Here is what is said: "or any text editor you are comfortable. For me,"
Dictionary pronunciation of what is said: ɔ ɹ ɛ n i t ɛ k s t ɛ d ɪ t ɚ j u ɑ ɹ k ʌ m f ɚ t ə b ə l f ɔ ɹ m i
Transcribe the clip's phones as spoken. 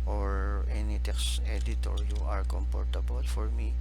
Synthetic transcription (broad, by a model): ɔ ɹ ɛ n i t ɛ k s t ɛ d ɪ t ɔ j u ɑ ɹ k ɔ m p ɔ t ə b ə l f ɔ ɹ m i